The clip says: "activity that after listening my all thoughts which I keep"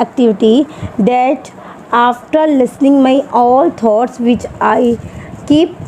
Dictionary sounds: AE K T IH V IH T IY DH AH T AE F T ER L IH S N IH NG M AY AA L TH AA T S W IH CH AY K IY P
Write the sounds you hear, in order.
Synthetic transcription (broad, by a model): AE K T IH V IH T IY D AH T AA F T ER L IH S N IH NG M AY AA L T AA T S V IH CH AY K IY P